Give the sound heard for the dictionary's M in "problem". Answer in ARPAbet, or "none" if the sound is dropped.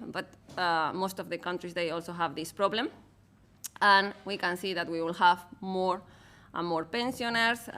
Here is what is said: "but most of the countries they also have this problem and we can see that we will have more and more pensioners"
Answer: M